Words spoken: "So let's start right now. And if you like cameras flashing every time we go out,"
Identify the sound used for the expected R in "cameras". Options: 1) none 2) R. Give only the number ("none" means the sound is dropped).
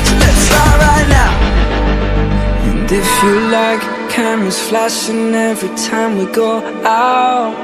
1